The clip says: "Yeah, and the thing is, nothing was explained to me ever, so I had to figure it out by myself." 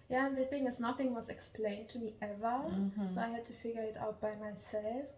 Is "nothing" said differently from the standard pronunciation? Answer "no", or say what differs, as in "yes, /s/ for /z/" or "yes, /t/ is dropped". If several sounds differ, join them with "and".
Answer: no